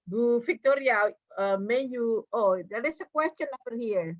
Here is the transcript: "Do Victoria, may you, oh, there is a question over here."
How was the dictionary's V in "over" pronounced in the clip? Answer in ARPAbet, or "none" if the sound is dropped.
F